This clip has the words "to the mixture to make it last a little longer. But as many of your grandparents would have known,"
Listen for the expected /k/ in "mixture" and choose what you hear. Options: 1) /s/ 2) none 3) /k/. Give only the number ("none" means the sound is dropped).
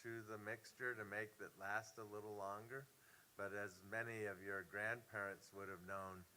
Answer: 3